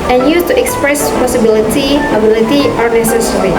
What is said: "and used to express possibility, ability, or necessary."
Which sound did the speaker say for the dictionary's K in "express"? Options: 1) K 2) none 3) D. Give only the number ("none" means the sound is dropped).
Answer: 1